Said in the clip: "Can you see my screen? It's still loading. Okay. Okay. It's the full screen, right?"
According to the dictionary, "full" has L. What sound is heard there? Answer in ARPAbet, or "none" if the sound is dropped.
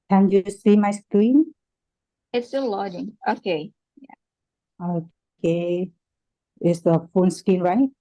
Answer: N